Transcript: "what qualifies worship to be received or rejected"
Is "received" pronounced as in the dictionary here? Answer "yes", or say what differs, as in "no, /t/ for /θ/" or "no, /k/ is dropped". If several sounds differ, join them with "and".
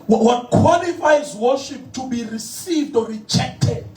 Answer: yes